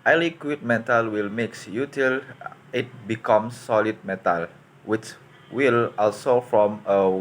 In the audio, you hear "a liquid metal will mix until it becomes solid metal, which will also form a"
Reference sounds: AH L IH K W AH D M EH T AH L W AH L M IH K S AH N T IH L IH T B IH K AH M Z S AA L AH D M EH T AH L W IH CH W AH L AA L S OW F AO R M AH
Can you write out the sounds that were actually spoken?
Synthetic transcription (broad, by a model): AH L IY K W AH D M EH T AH L W AH L M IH K S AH T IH L IH T B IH K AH M S AA L AH D M EH T AH L W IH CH W AH L AA L S OW F AO M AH